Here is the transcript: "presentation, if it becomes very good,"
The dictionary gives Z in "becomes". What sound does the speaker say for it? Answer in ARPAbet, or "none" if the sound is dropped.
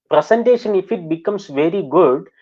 S